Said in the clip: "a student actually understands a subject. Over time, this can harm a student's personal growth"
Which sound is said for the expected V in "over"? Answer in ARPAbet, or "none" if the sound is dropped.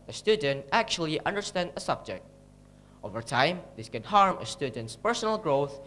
V